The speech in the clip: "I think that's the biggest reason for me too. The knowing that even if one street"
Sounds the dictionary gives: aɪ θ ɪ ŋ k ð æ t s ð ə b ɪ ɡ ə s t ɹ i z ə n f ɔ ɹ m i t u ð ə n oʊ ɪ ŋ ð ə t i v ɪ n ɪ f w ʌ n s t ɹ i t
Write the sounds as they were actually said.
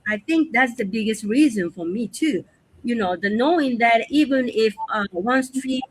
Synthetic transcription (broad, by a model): aɪ θ ɪ ŋ k ð æ t s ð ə b ɪ ɡ ə s t ɹ i z ə n f ɔ ɹ m i t u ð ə n oʊ ɪ ŋ ð ə t i v ɪ n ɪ f w ʌ n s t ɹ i